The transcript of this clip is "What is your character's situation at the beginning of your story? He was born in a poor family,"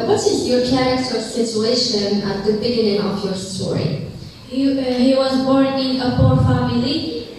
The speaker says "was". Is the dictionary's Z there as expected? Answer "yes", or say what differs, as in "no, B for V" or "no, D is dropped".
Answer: yes